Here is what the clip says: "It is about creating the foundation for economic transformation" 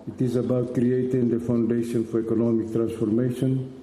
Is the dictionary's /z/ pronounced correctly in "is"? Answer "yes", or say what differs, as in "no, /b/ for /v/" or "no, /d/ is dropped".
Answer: yes